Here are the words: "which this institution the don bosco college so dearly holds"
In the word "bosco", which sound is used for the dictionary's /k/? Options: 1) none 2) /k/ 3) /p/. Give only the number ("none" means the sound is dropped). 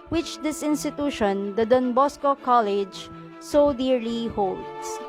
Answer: 2